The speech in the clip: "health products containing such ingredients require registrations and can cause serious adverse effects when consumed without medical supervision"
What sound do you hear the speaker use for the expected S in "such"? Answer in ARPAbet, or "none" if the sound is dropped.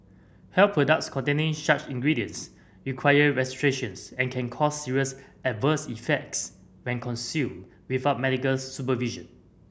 SH